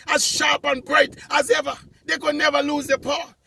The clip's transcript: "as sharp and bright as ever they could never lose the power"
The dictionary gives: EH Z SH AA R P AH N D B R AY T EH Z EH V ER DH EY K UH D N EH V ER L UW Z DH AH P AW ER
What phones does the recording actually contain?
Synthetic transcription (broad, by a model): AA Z SH AA R P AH N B R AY T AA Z EH V ER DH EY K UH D N EH V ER L UW Z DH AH P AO